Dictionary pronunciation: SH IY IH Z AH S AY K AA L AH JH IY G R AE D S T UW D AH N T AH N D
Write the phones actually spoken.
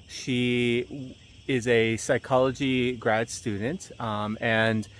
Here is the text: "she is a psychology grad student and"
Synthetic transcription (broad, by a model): SH IY IH Z AH S AY K AA L AH JH IY G R AE D S T UW D N T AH N